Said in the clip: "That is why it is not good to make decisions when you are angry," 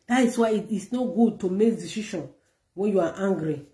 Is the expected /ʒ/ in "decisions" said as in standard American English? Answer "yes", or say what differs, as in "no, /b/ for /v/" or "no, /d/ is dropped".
no, /ʃ/ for /ʒ/